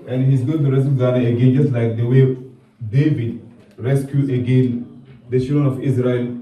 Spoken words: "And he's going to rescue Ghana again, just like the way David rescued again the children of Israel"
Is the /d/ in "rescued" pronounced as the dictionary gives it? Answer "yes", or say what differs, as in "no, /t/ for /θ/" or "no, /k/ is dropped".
no, /d/ is dropped